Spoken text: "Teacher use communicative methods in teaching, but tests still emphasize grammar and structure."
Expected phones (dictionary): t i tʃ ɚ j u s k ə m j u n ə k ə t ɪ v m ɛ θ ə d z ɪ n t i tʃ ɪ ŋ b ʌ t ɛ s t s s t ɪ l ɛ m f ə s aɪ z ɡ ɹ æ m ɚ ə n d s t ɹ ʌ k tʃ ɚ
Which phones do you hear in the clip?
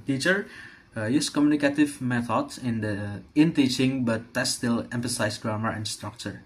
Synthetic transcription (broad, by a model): t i tʃ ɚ j u s k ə m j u n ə k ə t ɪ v m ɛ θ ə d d ɪ n t i tʃ ɪ ŋ b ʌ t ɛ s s s t ɪ l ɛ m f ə s aɪ s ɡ ɹ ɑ m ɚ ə n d s t ɹ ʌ k tʃ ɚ